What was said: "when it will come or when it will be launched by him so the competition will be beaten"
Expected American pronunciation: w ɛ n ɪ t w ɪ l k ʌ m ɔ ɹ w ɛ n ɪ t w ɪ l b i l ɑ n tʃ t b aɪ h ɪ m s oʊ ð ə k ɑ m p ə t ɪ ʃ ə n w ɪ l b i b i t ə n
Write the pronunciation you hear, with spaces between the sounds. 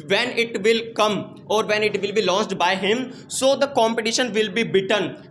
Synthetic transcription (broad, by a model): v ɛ n ɪ t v ɪ l k ʌ m ɔ ɹ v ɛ n ɪ t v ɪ l b i l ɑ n s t b aɪ h ɪ m s oʊ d ə k ɑ m p ə t ɪ ʃ ə n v ɪ l b i b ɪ t ə n